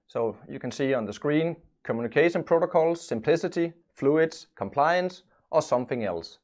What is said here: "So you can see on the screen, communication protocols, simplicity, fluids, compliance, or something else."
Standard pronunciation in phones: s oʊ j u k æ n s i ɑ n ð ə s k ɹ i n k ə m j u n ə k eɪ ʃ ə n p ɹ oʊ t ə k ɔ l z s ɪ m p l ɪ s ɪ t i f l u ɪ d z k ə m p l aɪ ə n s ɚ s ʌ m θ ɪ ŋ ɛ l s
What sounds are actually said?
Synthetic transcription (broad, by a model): s oʊ j u k æ n s i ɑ n ð ə s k ɹ i n k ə m j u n k eɪ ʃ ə n p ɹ oʊ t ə k ɔ l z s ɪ m p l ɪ s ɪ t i f l u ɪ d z k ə m p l aɪ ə n s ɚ s ʌ m θ ɪ ŋ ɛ l s